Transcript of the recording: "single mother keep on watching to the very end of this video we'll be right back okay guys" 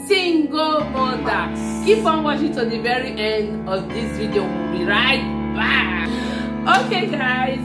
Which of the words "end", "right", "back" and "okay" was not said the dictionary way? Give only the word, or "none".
back